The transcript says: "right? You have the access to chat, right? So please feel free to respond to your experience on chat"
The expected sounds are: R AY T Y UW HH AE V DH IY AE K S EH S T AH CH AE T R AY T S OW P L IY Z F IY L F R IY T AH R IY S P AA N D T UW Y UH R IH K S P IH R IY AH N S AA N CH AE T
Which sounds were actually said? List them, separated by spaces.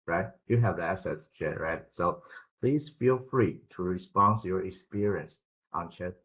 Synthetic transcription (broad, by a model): R AY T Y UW HH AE V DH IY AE S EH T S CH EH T R AY T S OW P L IY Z F IY L F R IY T AH R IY S P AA N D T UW Y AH R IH K S P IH R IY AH N S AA N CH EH